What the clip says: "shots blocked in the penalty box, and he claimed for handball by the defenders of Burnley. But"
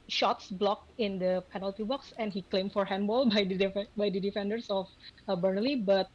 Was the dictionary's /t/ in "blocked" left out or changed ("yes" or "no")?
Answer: yes